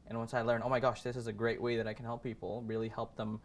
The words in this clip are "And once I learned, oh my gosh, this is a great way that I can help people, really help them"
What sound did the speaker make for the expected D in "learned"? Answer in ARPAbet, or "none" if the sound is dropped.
none